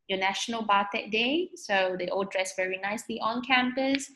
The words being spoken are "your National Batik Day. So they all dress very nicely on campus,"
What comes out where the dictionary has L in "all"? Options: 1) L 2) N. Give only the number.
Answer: 1